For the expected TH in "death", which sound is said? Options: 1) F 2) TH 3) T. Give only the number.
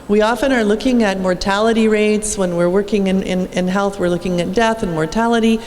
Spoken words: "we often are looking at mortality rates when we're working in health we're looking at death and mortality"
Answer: 2